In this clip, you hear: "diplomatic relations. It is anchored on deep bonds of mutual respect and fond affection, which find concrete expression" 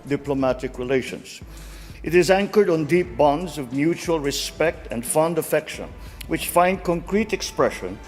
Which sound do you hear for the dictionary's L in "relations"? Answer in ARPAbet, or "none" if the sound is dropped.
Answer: L